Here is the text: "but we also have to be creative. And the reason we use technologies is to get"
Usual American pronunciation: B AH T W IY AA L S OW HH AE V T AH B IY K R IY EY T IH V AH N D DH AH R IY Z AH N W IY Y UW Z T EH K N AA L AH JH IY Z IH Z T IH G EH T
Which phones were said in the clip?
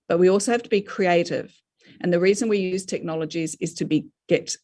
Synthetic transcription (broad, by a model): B AH T W IY AA L S OW HH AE F T AH B IY K R IY EY T IH V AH N DH AH R IY Z AH N W IY Y UW Z T EH K N AA L AH JH IY Z IH Z T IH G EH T